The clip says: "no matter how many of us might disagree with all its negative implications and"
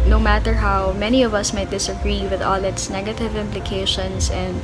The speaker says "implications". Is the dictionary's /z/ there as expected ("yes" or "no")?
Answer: no